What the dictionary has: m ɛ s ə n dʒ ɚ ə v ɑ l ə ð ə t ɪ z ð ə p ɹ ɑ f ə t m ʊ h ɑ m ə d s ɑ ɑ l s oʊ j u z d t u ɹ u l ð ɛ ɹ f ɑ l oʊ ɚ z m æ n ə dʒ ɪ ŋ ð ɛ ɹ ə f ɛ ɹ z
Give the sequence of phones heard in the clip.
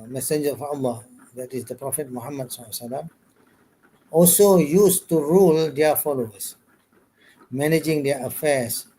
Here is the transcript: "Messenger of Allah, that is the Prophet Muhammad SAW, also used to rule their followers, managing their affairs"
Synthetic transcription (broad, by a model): m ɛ s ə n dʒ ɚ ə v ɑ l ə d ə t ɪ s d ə p ɹ ɑ f ə t m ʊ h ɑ m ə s s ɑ ɑ l s oʊ j u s t u ɹ u l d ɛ f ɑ l oʊ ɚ s m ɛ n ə dʒ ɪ ŋ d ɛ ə f ɛ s